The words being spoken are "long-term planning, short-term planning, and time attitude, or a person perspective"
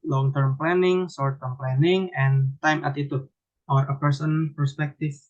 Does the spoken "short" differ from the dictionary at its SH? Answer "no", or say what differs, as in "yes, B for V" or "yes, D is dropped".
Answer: yes, S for SH